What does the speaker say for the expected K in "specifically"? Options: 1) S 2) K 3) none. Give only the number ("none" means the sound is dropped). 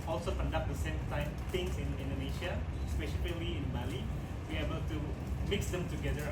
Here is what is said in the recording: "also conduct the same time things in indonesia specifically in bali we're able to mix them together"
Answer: 3